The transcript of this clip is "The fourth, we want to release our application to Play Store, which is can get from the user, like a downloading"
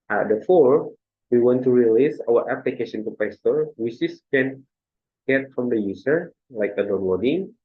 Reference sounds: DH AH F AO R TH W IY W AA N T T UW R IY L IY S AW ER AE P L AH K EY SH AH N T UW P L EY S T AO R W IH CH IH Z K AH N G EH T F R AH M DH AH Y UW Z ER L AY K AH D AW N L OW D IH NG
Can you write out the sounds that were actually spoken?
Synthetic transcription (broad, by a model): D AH F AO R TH W IY W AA N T T UW R IY L IY S AW ER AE P L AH K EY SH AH N T UW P EY S T AO R W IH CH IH S K AH N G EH T F R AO M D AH Y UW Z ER L AY K AH D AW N L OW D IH NG